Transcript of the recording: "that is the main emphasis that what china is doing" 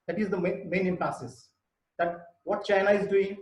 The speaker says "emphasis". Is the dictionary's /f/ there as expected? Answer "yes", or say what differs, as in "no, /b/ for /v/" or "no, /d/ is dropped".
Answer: no, /p/ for /f/